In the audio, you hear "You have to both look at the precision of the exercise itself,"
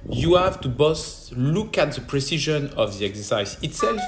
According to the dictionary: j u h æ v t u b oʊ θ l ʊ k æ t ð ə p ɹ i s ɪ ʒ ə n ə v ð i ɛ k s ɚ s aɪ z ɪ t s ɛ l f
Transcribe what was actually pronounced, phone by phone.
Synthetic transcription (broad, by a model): j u h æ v t u b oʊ s l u k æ t ð ə p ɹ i s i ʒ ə n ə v ð i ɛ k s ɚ s aɪ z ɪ t s ɛ l f